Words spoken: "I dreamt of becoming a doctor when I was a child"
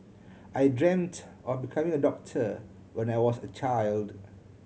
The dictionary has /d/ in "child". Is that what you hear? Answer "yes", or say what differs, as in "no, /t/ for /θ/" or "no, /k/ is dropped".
yes